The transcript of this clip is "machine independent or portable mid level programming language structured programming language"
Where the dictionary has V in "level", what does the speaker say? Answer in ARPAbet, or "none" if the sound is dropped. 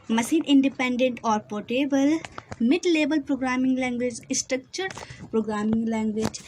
B